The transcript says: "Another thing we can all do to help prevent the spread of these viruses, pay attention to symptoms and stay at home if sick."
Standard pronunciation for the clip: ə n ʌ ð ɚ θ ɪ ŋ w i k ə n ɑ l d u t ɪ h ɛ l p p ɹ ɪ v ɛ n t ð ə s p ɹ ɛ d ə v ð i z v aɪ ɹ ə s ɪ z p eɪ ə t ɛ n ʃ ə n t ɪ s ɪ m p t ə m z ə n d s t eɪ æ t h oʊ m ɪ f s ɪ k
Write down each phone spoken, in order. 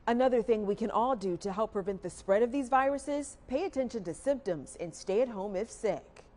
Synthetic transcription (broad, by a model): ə n ʌ ð ɚ θ ɪ ŋ w i k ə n ɑ l d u t ɪ h ɛ l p p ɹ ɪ v ɛ n ð ə s p ɹ ɛ d ə v ð i z v aɪ ɹ ə s ɪ z p eɪ ə t ɛ n ʃ ə n t ɪ s ɪ m p t ə m z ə n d s t eɪ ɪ t h oʊ m ɪ f s ɪ k